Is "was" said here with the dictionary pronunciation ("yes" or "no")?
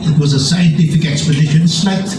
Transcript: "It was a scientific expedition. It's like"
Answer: yes